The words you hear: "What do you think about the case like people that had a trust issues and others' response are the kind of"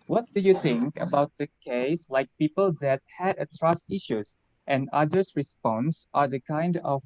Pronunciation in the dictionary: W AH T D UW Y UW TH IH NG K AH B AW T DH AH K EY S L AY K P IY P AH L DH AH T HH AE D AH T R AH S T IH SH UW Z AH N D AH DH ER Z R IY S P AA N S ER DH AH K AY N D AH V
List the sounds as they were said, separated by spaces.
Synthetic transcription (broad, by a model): W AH T D UW Y UW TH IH NG K AH B AW T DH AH K EY S L AY K P IY P AH L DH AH T HH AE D AH T R AH S T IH SH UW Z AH N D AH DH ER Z R IY S P AA N S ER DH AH K AY N D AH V